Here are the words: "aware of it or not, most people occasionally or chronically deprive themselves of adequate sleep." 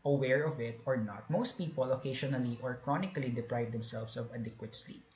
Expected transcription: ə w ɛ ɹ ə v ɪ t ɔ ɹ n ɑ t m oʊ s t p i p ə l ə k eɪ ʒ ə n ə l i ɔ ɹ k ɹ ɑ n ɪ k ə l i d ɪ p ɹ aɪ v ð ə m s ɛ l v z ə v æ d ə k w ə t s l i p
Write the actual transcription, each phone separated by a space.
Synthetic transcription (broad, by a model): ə w ɛ ɹ ə v ɪ t ɔ ɹ n ɑ t m oʊ s t p i p ə l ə k eɪ ʃ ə n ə l i ɔ ɹ k ɹ ɑ n ɪ k ə l i d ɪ p ɹ aɪ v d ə m s ɛ l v s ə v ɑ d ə k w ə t s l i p